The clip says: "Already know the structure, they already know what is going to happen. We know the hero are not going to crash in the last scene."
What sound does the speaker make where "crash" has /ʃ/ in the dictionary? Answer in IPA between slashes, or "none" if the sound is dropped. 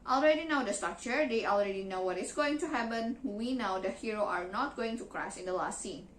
/s/